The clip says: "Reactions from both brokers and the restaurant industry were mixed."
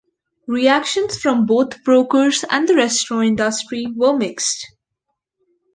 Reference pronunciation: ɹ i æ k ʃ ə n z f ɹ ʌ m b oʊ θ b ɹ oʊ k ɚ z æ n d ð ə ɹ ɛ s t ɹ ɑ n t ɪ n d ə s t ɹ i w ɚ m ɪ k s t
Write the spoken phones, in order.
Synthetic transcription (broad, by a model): ɹ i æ k ʃ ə n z f ɹ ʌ m b oʊ t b ɹ oʊ k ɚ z æ n d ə ɹ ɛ s t ɹ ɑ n ɪ n d ə s t ɹ i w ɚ m ɪ k s t